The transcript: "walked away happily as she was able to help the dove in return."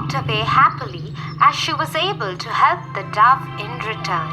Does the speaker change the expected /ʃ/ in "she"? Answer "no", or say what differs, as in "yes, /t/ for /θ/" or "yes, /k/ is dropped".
no